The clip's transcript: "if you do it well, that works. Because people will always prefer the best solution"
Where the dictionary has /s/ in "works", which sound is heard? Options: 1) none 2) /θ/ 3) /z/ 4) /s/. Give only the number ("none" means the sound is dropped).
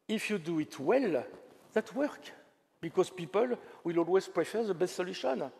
1